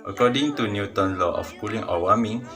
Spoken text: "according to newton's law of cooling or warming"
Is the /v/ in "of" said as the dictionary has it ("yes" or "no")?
no